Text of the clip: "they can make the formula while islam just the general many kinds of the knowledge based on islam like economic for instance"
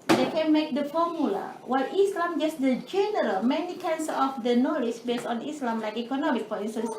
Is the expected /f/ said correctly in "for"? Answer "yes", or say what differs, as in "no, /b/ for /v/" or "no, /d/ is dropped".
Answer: no, /p/ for /f/